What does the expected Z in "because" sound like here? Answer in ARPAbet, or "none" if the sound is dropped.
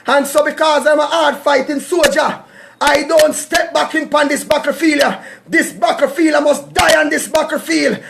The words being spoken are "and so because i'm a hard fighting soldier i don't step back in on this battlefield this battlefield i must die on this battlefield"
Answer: Z